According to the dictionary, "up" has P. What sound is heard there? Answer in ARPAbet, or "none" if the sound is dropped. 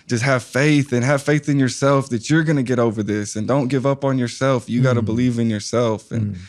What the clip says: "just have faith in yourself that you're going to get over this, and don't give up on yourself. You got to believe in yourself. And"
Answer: P